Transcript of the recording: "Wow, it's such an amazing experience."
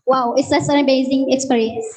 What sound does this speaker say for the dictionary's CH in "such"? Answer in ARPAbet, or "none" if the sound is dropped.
S